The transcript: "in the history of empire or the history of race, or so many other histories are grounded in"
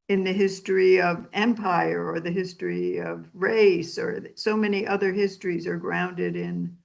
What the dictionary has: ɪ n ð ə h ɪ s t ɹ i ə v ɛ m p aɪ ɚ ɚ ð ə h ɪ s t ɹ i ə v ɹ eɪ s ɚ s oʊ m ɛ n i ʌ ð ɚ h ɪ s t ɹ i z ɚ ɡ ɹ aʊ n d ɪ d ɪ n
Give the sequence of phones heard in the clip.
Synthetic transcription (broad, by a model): ɪ n ð ə h ɪ s t ɹ i ə v ɛ m p aɪ ɚ ɚ ð ə h ɪ s t ɹ i ə v ɹ eɪ s ɚ s oʊ m ɛ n i ʌ ð ɚ h ɪ s t ɹ i z ɚ ɡ ɹ aʊ n d ɪ d ɪ n